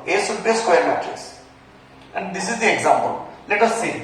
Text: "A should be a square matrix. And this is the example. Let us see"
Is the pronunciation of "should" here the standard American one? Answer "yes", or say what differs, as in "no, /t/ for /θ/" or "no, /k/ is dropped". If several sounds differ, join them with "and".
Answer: no, /s/ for /ʃ/